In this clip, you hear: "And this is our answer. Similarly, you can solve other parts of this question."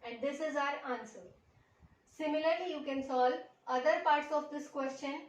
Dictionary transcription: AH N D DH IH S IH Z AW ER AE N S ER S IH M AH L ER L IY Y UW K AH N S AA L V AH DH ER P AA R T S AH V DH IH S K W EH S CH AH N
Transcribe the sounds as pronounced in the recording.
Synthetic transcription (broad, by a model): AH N D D IH S IH Z AW ER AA N S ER S IH M AH L ER L IY Y UW K AH N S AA L AH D ER P AA R T S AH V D IH S K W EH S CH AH N